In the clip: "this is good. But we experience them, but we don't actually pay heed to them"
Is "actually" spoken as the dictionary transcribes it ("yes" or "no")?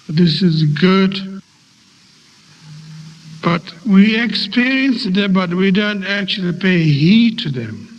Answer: yes